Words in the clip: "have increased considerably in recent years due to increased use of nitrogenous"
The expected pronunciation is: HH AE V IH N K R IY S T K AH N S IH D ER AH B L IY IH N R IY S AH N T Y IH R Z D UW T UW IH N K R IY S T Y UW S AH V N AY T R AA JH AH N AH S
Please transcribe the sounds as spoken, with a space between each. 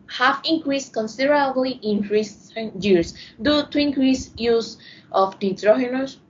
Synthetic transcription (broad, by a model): HH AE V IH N K R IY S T K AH N S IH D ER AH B L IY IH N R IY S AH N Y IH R S D UW T UW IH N K R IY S Y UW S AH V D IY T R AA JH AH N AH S